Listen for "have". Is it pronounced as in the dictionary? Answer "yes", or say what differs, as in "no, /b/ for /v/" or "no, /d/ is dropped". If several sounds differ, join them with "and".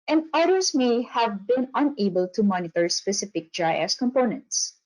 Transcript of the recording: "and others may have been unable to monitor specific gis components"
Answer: yes